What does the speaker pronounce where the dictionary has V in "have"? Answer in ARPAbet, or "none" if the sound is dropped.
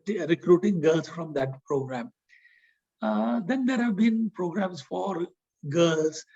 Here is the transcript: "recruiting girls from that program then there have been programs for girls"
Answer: V